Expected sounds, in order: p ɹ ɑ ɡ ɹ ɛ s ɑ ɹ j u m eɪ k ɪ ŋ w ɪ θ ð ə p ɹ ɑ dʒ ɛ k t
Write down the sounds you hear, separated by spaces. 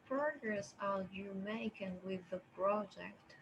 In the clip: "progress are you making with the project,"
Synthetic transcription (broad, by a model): p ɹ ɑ ɡ ɹ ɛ s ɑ l j u m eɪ k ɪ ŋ w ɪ ð ə p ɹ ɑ dʒ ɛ k t